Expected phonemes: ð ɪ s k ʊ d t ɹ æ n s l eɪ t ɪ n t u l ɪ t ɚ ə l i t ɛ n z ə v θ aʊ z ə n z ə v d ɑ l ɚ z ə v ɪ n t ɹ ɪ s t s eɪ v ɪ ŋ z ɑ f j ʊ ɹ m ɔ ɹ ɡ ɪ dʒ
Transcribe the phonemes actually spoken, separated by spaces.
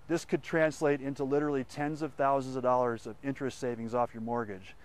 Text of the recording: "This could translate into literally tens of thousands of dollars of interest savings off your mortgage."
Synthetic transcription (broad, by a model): ð ɪ s k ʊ d t ɹ æ n s l eɪ t ɪ n t u l ɪ t ɚ l i t ɛ n z ə v θ aʊ z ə n z ə v d ɑ l ɚ z ə v ɪ n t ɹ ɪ s t s eɪ v ɪ ŋ z ɑ f j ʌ ɹ m ɔ ɹ ɡ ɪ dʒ